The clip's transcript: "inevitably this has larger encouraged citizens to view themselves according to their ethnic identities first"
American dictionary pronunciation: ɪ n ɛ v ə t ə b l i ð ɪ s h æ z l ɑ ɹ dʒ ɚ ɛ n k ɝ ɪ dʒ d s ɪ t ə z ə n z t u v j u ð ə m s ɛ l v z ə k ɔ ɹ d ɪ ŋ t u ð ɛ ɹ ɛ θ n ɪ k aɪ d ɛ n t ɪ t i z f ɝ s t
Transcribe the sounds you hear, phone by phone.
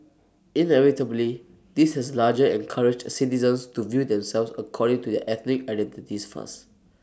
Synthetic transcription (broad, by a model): ɪ n ɛ v ə t ə b l i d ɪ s h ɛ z l ɑ dʒ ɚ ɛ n k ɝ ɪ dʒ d s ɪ t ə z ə n s t u v j u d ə m s ɛ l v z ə k ɔ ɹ d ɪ ŋ t u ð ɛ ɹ ɛ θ n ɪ k aɪ d ɛ n t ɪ t i s f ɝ s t